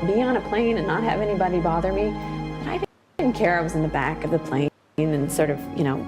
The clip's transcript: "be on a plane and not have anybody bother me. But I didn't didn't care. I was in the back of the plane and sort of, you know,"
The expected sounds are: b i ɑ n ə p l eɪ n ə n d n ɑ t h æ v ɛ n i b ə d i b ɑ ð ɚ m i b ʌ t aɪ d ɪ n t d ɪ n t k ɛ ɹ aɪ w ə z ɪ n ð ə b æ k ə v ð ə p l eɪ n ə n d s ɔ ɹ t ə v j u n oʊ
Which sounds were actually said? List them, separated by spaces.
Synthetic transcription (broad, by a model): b i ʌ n ə p l eɪ n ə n n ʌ t h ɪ v ɛ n i b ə d i b ɑ ð ɚ m i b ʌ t aɪ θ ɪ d n k ɛ ɹ aɪ w ə z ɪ n ð ə b æ k ə v ð ə p l eɪ n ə n s ɔ ɹ t ə v j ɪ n oʊ